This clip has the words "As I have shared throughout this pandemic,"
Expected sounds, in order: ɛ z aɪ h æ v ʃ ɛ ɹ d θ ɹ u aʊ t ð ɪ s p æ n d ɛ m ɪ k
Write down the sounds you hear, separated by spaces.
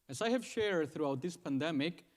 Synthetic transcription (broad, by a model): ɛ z aɪ h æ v ʃ ɛ ɹ d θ ɹ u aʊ t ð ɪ s p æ n d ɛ m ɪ k